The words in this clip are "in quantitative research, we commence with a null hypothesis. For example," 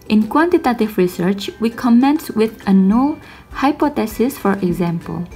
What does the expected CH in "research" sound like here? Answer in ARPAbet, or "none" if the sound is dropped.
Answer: CH